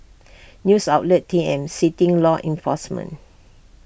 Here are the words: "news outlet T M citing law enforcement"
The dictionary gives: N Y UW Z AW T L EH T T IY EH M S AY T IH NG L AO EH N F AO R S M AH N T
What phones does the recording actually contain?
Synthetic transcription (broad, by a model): N Y UW S AW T L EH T T IY EH M S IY T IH NG L AO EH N F AO S M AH N